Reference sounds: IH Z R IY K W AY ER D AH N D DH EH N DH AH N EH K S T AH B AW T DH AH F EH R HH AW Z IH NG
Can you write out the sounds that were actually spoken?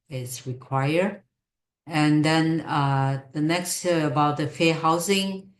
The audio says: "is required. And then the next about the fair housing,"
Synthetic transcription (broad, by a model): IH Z R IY K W AY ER AH N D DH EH N DH AH N EH K S T AH B AW T DH AH F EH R HH AW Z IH NG